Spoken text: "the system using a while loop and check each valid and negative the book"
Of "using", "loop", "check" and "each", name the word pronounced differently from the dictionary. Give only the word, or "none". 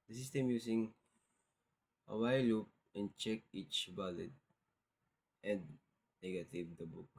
using